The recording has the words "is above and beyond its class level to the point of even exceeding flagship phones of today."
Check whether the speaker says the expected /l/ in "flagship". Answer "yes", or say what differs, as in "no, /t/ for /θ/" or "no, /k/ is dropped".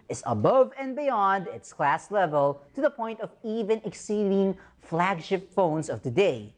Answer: yes